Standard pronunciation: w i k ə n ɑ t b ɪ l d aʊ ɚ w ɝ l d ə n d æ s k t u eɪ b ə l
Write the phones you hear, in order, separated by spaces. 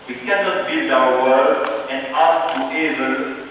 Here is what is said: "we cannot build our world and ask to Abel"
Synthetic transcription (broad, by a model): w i k ə n ɑ t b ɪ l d aʊ ɚ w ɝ d ə n d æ s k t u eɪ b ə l